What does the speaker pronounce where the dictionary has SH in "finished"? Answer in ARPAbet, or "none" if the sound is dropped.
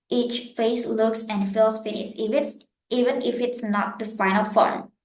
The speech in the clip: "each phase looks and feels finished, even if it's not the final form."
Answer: S